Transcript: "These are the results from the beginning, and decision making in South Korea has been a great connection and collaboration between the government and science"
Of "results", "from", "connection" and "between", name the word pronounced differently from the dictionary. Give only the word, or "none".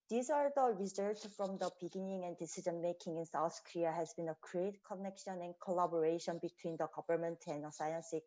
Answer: results